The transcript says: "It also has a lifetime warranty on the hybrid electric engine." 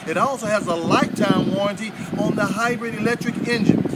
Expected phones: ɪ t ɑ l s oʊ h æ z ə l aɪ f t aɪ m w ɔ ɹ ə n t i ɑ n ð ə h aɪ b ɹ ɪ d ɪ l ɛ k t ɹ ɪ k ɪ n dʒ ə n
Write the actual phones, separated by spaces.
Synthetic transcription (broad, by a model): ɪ t ɑ l s oʊ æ z ə l aɪ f t aɪ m w ɔ ɹ ə n t i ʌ n ð ə h aɪ b ɹ ɪ d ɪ l ɛ k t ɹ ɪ k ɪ n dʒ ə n